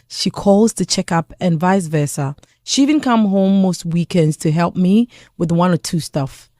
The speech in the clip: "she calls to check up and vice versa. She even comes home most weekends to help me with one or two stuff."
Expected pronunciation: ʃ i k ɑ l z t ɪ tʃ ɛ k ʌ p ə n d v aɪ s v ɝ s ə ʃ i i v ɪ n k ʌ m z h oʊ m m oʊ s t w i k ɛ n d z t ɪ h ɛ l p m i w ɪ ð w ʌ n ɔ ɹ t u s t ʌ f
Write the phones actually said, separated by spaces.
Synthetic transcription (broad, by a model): ʃ i k ɑ l z t ɪ tʃ ɛ k ʌ p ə n v aɪ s v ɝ s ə ʃ i i v ɪ n k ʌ m h oʊ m m oʊ s t w i k ɛ n d z t ɪ h ɛ l p m i w ɪ ð w ʌ n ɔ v t u s t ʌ f